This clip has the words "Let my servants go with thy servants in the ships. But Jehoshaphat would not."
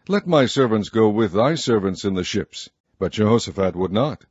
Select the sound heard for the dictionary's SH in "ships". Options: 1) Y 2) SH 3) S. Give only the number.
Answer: 2